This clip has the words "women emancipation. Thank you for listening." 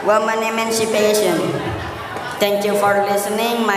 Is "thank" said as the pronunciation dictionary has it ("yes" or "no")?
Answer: no